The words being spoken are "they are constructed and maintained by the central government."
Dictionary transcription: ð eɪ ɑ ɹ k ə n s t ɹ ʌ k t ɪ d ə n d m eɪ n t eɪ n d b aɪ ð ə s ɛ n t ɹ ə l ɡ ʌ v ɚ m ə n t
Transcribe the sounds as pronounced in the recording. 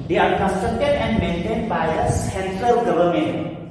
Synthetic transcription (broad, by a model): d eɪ ɑ ɹ k ə n s t ɹ ʌ k t ɪ d ə n d m eɪ n t eɪ n d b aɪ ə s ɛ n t l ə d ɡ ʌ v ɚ m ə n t